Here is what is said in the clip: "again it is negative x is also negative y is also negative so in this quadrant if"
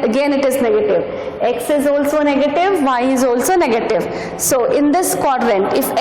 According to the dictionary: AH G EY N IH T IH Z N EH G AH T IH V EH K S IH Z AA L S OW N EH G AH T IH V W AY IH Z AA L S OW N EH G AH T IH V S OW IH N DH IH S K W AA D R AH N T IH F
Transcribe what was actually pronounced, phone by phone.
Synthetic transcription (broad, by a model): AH G EY N IH T IH Z N EH G AH T IH V EH K S IH Z AA L S OW N EH G AH T IH V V AY IH Z AA L S OW N EH G AH T IH V S OW IH N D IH S K W AA D R AH N T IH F